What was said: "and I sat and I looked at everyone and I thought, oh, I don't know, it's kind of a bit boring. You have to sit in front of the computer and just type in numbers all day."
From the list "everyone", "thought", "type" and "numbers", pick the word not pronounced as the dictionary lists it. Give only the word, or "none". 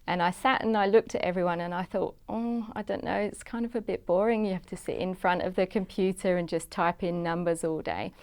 none